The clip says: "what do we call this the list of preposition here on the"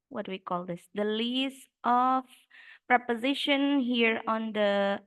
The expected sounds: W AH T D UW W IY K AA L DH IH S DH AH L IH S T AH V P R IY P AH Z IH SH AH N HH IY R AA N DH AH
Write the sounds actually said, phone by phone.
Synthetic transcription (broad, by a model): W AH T W IY K AA L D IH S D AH L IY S T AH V P R IY P AH Z IH SH AH N HH IY R AA N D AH